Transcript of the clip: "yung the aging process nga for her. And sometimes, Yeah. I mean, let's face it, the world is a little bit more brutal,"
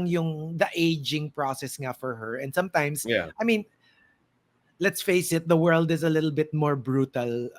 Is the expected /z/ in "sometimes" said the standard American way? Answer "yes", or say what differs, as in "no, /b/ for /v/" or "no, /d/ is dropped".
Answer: no, /s/ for /z/